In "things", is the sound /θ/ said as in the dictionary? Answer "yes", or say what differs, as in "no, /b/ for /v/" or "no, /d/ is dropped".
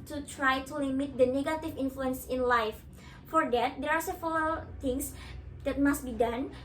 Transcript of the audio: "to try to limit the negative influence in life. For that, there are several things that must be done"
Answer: no, /t/ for /θ/